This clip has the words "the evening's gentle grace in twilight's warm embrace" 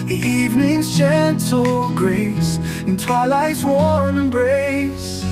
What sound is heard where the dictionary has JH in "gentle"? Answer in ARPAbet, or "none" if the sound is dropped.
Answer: CH